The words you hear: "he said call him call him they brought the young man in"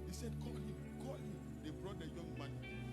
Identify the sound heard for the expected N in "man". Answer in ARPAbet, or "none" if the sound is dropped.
none